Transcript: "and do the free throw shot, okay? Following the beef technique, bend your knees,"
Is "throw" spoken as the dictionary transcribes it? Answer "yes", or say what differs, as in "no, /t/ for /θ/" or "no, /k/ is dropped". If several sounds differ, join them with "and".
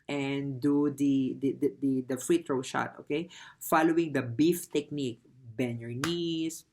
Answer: no, /t/ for /θ/